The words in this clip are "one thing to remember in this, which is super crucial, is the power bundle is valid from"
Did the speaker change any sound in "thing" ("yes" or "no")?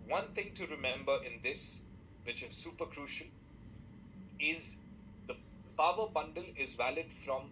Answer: yes